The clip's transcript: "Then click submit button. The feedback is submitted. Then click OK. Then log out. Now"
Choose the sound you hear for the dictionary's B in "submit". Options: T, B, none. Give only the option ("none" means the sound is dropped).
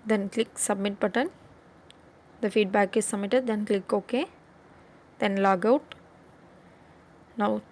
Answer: B